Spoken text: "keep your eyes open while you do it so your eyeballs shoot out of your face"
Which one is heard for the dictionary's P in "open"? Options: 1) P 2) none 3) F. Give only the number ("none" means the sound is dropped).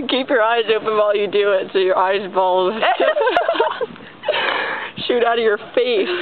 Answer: 2